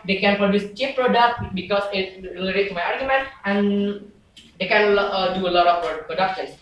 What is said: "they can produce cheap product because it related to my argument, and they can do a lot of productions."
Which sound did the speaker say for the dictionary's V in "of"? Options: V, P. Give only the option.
P